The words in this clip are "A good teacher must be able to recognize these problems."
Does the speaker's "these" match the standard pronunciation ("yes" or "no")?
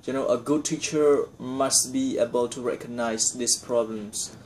no